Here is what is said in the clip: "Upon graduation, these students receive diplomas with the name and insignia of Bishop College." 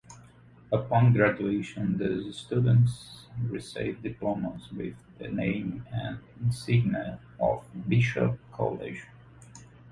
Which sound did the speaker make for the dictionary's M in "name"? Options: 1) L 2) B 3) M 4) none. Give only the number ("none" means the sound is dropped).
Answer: 4